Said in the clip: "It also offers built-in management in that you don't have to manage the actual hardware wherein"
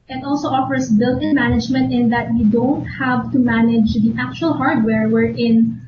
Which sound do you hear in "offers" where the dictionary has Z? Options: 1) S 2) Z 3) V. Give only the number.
1